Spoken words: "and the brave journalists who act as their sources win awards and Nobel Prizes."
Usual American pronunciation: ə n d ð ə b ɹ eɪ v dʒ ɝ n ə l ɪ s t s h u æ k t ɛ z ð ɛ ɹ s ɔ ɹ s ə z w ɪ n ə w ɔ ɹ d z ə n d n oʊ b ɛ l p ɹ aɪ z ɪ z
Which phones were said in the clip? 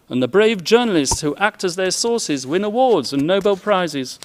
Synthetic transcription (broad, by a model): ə n ð ə b ɹ eɪ v dʒ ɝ n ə l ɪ s t s h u æ k t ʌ z ð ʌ ɹ s ɔ ɹ s ə z w ɪ n ə w ɔ ɹ d z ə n n oʊ b ɛ l p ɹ aɪ z ɪ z